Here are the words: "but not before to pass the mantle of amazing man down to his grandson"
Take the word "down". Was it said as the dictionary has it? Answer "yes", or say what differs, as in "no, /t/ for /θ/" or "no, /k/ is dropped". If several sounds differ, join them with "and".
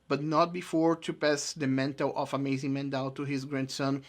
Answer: no, /l/ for /n/